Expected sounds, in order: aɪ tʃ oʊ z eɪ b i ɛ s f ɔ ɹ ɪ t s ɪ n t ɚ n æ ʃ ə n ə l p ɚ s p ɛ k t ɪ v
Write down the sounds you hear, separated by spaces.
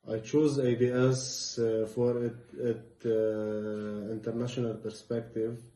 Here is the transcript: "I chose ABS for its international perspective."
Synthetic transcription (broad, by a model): aɪ tʃ oʊ z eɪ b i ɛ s f ɔ ɹ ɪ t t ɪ n t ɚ n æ ʃ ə n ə l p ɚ s p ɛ k t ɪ v